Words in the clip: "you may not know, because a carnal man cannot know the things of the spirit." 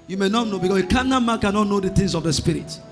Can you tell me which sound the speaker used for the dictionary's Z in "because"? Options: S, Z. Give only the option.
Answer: S